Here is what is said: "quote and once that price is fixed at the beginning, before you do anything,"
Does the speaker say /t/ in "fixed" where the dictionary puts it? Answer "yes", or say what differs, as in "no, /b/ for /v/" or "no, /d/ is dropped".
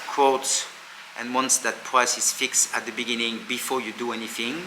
yes